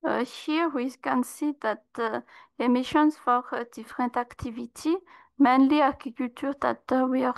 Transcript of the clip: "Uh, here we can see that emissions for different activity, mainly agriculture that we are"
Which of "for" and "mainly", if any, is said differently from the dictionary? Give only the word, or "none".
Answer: none